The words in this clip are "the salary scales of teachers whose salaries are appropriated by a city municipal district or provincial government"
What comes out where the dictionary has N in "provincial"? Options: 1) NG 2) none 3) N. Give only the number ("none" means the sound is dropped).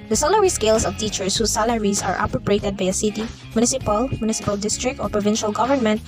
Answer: 3